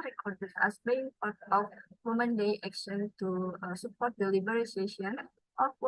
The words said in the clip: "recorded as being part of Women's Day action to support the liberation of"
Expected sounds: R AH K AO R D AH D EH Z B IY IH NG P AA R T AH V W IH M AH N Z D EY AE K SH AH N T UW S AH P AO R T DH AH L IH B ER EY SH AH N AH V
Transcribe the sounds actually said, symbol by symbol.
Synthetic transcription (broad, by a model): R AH K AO R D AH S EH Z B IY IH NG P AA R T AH F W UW M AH N D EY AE K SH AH N T UW S AH P AO R T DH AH L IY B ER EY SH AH N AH